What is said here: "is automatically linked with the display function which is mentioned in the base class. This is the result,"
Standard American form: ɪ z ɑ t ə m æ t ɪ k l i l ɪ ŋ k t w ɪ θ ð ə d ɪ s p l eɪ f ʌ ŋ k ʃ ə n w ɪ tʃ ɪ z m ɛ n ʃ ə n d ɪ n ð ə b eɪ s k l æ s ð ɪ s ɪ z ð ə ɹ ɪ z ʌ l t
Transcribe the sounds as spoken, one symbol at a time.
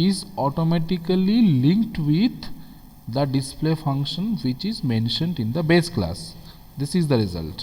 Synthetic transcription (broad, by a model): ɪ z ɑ t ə m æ t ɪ k l i l ɪ ŋ k t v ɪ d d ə d ɪ s p l eɪ f ʌ ŋ k ʃ ə n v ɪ tʃ ɪ z m ɛ n ʃ ə n d ɪ n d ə b eɪ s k l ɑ s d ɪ s ɪ z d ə ɹ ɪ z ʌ l t